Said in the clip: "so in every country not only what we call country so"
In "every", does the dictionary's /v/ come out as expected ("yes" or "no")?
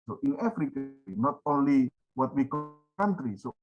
no